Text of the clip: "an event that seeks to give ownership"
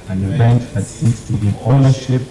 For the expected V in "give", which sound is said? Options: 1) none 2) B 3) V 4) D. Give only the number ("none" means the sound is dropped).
1